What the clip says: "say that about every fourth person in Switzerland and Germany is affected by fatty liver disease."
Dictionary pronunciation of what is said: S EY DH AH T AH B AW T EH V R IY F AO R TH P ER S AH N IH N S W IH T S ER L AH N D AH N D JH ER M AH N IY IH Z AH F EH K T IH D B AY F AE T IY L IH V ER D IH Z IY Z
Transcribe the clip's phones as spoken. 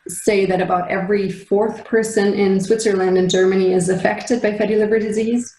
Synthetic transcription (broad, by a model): S EY DH AH T AH B AW T EH V R IY F AO R TH P ER S AH N IH N S W IH T S ER L AH N D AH N JH ER M AH N IY IH Z AH F EH K T IH D B AY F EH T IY L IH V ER D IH Z IY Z